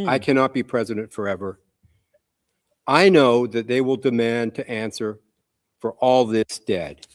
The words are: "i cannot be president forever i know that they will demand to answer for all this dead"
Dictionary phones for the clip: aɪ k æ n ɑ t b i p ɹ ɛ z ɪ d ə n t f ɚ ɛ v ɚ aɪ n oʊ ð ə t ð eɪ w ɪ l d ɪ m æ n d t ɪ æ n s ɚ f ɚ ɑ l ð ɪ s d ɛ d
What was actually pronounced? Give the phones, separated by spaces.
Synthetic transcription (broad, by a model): aɪ k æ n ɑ t b i p ɹ ɛ z ɪ d ə n t f ɚ ɛ v ɚ aɪ n oʊ ð ə t ð eɪ w ɪ l d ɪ m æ n t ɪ æ n s ɚ f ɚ ɑ l ð ɪ s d ɛ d